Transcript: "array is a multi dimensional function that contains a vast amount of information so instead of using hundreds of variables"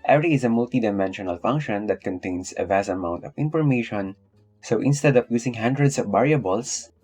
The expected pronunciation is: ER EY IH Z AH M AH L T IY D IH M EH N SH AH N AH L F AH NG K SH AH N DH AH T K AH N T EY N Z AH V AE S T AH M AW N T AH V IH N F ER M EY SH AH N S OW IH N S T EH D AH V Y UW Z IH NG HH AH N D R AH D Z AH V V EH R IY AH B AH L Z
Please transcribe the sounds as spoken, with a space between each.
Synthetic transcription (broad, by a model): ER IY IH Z AH M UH L T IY D IH M EH N SH AH N AH L F AH NG K SH AH N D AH T K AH N T EY N S AH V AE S AH M AW N T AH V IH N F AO M EY SH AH N S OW IH N S T EH D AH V Y UW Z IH NG HH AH N D R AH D S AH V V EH R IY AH B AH L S